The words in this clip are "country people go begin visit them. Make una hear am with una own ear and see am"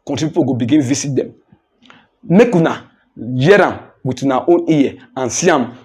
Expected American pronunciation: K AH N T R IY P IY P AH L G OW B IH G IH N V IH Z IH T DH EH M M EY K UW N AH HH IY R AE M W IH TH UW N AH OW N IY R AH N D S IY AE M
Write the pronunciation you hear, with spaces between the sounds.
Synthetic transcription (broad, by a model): K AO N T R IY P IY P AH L G OW B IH G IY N V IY S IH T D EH M M EY K UW N AH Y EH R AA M W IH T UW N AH OW N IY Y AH N S IY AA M